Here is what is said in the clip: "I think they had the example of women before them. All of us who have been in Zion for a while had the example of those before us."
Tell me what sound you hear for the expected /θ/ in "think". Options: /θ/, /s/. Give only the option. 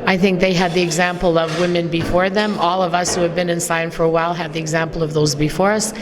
/θ/